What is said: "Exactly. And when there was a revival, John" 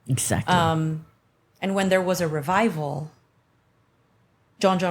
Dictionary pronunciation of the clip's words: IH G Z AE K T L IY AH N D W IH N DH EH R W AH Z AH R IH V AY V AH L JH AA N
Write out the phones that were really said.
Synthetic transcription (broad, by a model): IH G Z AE K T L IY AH N W IH N DH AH R W AH Z AH R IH V AY V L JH AA N